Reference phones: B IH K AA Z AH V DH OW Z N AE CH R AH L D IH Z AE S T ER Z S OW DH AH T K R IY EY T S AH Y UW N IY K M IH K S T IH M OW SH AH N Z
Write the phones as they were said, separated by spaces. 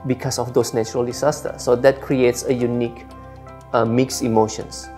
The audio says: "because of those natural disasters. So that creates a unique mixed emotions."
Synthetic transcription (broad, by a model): B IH K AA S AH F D OW S N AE CH R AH L D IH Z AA S T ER S OW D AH T K R IY EY T S AH Y UW N IY K M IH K S IH M OW SH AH N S